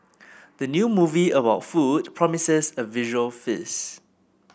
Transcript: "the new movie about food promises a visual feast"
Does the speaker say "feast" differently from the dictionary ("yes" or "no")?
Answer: yes